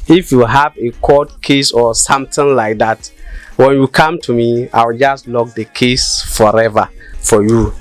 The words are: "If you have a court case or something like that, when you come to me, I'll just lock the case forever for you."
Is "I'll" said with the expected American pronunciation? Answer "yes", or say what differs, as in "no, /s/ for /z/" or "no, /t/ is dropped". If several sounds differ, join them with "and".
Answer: no, /w/ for /l/